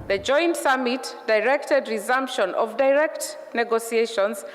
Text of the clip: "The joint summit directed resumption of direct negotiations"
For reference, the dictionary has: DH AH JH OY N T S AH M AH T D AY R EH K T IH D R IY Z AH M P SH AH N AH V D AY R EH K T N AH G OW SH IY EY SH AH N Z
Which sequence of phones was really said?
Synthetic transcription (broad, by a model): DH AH JH OY N T S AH M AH T D AY R EH K T IH D R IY Z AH M P SH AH N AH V D AY R EH K T N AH G OW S IY EY SH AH N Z